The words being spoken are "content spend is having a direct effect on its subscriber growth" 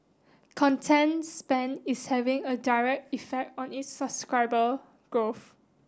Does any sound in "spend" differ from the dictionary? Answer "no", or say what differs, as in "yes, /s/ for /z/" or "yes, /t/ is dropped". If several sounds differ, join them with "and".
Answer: yes, /d/ is dropped